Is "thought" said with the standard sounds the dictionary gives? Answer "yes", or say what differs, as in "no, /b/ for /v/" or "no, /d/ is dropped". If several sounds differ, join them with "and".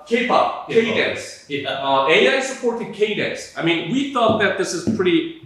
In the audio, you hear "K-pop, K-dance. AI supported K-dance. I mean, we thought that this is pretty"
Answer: yes